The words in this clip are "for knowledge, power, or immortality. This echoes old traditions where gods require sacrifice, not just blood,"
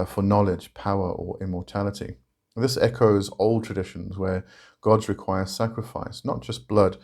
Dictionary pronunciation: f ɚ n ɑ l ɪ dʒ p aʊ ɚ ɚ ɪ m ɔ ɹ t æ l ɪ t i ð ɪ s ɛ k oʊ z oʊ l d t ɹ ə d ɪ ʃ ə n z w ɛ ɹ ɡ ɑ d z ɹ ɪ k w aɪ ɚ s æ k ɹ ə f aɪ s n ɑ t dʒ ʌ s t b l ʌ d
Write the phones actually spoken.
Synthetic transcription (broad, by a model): f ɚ n ɑ l ɪ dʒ p aʊ ɚ ɚ ɪ m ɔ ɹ t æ l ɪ t i ð ɪ s ɛ k oʊ z oʊ l d t ɹ ə d ɪ ʃ ə n z w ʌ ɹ ɡ ɑ d z ɹ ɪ k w aɪ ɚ s æ k ɹ ə f aɪ s n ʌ t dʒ ʌ s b l ʌ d